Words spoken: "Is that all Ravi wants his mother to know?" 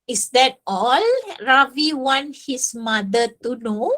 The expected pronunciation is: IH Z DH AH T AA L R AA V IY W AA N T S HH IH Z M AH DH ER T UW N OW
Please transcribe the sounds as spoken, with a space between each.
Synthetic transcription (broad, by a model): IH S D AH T AA L R AA V IY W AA N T HH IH S M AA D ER T UW N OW